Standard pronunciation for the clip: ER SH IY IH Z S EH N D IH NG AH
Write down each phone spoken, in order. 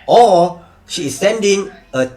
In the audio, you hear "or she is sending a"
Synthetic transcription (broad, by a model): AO SH IY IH S EH N D IH NG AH